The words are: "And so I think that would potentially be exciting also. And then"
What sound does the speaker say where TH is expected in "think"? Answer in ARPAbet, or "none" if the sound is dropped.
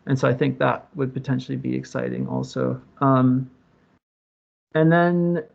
TH